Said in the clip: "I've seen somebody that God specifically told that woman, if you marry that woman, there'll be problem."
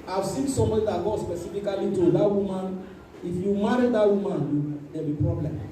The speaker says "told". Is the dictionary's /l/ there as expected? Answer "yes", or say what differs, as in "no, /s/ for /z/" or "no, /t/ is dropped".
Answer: no, /l/ is dropped